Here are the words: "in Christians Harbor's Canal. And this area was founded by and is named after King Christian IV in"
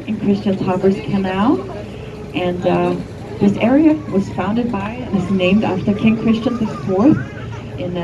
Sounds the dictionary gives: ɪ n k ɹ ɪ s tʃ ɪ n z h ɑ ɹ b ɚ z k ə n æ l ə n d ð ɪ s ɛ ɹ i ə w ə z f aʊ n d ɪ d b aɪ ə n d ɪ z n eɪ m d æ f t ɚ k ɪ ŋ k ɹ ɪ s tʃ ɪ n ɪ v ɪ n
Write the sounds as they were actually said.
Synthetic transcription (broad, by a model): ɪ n k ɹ ɪ s tʃ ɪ n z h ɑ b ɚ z k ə n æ l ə n ð ɪ s ɛ ɹ i ə w ə z f aʊ n d ɪ d b aɪ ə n ɪ z n eɪ m d æ f t ɚ k ɪ ŋ k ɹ ɪ s tʃ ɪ n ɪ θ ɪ n